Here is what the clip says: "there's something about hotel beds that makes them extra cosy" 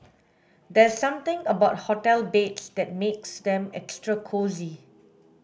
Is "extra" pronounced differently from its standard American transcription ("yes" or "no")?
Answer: no